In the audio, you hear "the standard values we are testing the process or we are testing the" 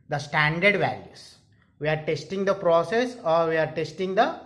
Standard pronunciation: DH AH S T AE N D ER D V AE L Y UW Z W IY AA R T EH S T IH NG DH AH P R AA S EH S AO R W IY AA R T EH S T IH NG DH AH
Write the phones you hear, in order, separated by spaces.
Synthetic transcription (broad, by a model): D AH S T AE N D ER D V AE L Y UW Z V IY AA R T EH S T IH NG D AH P R AA S EH S AO R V IY AA R T EH S T IH NG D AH